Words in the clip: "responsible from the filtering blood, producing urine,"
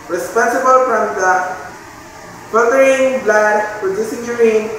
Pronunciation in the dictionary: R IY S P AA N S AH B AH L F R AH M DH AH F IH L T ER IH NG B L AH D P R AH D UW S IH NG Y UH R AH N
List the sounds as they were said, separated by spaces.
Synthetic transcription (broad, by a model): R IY S P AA N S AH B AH L F R AH M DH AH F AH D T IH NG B L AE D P AH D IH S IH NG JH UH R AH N